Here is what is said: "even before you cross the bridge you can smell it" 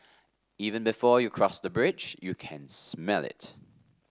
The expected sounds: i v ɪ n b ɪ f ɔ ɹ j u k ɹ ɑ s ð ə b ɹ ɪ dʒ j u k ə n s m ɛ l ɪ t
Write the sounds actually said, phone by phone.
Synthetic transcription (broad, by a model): i v ɪ n b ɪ f ɔ j u k ɹ ɑ s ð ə b ɹ ɪ dʒ j u k ə n s m ɛ l ɪ t